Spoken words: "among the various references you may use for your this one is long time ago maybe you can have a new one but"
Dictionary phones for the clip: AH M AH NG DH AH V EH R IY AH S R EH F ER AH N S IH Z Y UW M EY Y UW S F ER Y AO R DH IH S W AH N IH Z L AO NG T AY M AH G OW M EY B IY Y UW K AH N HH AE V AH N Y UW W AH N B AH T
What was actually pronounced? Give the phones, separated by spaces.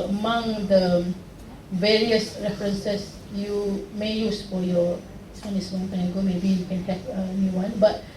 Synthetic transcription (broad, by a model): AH M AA NG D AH V EH R IY AH S R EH F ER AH N S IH S Y UW M EY Y UW S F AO Y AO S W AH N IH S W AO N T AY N AH G OW M EY B IY Y UW K AH N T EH P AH N Y UW W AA N B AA T